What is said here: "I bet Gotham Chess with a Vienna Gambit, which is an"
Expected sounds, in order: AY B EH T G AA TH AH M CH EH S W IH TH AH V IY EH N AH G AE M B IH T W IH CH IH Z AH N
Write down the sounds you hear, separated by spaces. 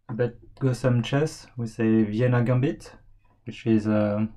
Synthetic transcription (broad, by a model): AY B EH T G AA S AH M CH EH S W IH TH AH V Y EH N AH G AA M B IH T W IH CH IH Z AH